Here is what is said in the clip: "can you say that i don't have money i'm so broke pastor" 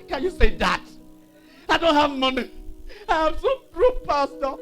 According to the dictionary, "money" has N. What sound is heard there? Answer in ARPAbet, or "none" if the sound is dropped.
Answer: N